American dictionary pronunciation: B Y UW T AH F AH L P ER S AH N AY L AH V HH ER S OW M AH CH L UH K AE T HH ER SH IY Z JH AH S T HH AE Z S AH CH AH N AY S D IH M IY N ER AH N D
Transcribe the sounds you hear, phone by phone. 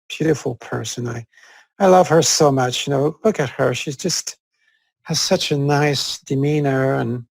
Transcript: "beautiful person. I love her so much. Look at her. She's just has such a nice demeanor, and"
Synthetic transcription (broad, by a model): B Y UW T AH F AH L P ER S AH N AY L AH V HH ER S OW M AH CH L UH K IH T HH ER SH IY Z JH AH S T HH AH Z S AH CH AH N AY S D IH M IY N ER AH N